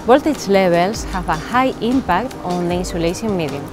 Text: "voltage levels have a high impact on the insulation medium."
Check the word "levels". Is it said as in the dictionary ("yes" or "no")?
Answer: no